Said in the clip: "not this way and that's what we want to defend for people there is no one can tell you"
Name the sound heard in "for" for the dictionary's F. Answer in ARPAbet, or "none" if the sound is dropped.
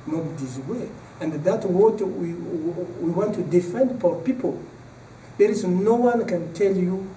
P